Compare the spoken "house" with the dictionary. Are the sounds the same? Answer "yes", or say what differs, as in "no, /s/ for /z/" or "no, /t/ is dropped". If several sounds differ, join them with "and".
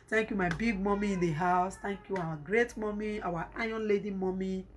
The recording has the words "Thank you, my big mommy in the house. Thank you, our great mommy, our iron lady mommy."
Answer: yes